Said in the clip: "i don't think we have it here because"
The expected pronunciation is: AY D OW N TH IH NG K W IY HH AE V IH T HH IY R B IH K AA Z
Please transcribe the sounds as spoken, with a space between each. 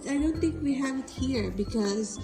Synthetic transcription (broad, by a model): AY D OW N T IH NG K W IY HH AE V IH T HH IY R B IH K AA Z